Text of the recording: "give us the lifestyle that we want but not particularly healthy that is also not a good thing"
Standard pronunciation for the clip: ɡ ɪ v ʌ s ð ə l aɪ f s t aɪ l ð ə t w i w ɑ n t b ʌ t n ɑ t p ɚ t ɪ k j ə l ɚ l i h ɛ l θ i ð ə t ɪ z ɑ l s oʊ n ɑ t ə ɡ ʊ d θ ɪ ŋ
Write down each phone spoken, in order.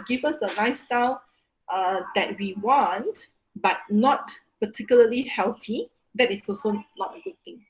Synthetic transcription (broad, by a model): ɡ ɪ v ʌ s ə n aɪ s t aɪ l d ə t w i w ɑ n t b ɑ t n ɑ t p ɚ t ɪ k j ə l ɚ l i h ɛ l t i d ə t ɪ s ɑ l s oʊ n ɑ t ə ɡ ʊ d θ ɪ ŋ